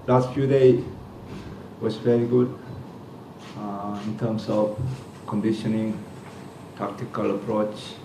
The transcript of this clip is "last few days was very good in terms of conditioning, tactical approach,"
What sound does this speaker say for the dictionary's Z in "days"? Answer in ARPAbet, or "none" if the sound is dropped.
none